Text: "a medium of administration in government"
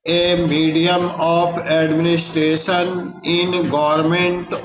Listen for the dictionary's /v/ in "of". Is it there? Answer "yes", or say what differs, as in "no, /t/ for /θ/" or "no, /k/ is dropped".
no, /p/ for /v/